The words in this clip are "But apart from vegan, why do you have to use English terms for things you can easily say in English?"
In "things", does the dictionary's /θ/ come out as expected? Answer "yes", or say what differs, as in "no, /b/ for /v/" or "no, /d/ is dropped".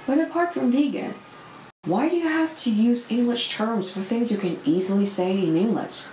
yes